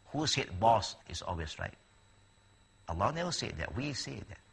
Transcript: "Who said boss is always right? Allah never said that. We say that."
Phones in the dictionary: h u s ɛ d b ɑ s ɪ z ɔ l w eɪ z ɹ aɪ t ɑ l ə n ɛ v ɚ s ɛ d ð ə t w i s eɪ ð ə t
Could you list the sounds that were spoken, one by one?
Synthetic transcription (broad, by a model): h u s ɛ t b ɑ s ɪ s ɔ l w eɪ s ɹ aɪ t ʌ l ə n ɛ w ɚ s ɛ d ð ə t w i s eɪ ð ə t